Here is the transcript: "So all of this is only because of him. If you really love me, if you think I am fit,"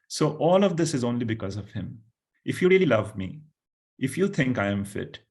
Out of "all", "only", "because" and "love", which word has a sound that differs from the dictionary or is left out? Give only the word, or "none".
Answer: none